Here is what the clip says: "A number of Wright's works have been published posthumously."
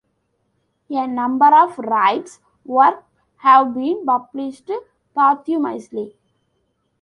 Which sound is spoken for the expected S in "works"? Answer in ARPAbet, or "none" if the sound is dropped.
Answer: none